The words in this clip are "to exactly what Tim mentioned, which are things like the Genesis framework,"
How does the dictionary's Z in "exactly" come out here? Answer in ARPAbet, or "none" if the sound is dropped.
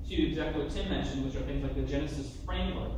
Z